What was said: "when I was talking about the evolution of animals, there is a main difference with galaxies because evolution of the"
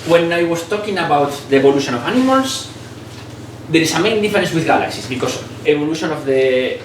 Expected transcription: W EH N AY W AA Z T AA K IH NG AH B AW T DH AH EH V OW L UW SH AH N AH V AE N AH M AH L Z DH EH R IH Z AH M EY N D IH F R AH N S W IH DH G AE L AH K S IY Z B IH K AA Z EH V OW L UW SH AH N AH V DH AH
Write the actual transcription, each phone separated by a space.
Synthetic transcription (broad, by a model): W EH N AY W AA S T AA K IH NG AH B AW T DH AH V OW L UW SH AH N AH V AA N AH M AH L S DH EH R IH S AH M EY N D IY F R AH N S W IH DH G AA L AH K S IY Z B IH K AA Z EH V OW L UW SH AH N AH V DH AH